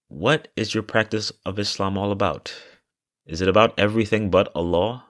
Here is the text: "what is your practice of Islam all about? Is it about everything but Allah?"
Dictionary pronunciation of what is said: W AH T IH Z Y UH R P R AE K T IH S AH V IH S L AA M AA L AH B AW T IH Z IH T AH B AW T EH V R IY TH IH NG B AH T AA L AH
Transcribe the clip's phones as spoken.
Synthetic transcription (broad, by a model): W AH T IH Z Y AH R P R AE K T IH S AH V IH S L AA M AA L AH B AW T IH Z IH T AH B AW T EH V R IY TH IH NG B AH T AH L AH